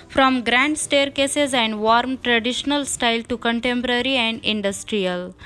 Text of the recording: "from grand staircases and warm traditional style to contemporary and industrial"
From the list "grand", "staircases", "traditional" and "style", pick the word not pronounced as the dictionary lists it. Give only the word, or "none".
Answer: none